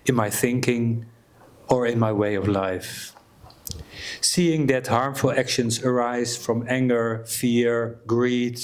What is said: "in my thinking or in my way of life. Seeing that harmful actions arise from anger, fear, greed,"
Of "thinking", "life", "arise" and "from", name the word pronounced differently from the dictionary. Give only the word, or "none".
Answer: none